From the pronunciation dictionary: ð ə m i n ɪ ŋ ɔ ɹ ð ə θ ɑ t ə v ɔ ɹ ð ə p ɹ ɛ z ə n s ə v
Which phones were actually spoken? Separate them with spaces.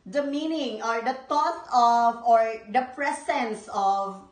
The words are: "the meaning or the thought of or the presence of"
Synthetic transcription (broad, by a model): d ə m i n ɪ ŋ ɔ ɹ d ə t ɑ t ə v ɔ ɹ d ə p ɹ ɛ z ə n s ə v